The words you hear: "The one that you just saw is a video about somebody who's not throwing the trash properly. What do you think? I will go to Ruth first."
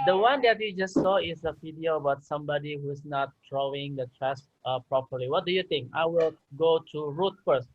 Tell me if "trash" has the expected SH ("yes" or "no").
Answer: no